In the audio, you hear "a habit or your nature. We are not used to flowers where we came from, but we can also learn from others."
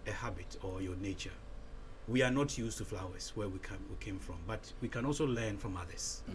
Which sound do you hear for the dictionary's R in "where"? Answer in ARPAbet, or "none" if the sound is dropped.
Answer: W